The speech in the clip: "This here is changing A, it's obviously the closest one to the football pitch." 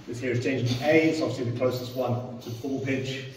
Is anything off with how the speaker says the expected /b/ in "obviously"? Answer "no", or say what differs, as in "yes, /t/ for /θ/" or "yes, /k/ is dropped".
yes, /b/ is dropped